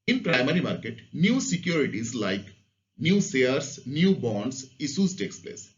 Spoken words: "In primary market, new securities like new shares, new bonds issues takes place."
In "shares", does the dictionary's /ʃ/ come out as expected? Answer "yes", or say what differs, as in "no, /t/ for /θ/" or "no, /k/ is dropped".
no, /s/ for /ʃ/